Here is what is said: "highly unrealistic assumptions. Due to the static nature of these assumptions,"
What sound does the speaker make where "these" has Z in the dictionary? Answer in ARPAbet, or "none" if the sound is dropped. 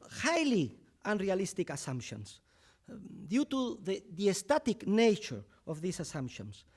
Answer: S